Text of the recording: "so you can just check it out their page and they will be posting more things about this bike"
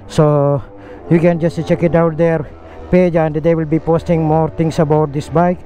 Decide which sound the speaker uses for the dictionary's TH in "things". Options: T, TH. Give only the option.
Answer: T